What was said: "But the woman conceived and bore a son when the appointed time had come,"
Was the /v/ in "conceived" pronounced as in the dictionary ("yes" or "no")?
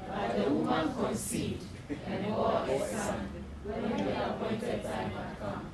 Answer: no